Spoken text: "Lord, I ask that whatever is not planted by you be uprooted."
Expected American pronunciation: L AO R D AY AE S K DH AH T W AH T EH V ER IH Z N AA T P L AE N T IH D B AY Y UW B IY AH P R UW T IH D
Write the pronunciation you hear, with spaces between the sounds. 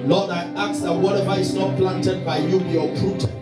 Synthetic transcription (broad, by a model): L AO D AY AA K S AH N W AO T EH V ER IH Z N AA T P L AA N T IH D B AY Y UW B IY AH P R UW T